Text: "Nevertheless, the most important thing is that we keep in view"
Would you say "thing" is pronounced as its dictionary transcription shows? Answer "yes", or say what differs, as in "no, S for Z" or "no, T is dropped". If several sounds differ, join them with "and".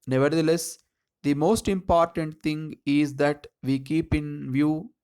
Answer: no, T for TH